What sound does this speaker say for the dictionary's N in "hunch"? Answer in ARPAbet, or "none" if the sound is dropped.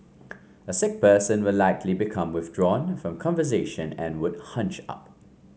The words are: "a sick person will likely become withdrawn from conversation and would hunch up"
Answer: N